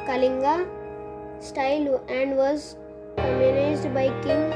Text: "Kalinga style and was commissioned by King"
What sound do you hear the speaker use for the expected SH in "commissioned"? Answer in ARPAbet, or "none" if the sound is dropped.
none